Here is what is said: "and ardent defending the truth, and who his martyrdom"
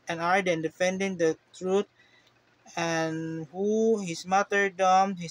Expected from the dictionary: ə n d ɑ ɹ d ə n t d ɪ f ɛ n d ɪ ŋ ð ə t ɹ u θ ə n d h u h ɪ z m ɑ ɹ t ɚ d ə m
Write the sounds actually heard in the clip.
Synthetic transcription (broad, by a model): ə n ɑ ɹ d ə n d ɪ f ɛ n d ɪ ŋ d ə t ɹ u t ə n h u h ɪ s m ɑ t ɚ d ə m